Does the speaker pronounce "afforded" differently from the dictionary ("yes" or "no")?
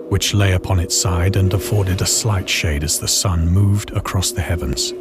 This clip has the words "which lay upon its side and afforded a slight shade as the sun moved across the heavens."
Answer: no